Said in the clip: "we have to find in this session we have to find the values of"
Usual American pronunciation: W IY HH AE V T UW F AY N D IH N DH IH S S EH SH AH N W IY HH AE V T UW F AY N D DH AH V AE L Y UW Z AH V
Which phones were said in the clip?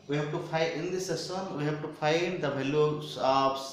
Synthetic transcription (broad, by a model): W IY HH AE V T UW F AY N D IH N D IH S S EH S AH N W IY HH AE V T UW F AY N D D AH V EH L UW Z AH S